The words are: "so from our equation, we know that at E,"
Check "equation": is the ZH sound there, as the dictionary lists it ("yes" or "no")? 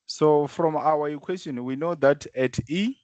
no